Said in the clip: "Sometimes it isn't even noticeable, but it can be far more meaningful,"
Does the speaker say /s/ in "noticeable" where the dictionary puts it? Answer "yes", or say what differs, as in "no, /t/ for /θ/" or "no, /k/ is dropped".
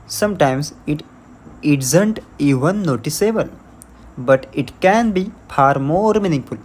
yes